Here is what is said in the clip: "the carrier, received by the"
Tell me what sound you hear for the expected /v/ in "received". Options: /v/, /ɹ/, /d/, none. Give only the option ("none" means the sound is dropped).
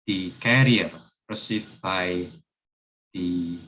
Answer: none